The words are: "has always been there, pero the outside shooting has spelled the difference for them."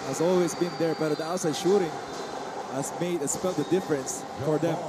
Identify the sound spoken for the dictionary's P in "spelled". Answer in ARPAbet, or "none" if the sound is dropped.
F